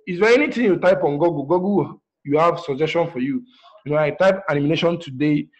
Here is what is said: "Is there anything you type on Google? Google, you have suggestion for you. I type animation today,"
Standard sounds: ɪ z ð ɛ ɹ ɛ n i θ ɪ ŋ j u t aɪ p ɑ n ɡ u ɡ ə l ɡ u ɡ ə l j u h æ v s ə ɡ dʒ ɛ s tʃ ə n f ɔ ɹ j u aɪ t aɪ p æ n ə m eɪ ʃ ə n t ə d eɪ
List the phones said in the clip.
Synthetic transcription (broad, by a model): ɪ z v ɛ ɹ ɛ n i t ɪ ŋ j u t aɪ p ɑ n ɡ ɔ ɡ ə ɡ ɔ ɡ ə j u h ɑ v s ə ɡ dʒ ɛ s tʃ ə n f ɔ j j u aɪ t aɪ p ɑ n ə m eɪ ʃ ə n t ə d eɪ